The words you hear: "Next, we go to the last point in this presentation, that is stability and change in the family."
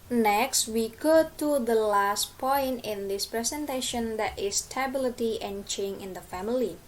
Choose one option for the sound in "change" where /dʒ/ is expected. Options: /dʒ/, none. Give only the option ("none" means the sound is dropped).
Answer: none